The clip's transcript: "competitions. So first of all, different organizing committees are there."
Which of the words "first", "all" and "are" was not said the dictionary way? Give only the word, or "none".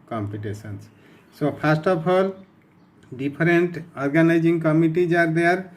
first